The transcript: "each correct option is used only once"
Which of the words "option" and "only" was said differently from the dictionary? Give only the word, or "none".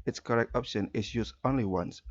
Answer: none